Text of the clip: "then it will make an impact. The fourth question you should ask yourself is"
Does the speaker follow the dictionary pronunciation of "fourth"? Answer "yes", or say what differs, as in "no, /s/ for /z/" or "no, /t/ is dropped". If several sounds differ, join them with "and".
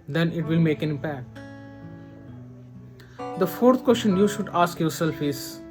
no, /t/ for /θ/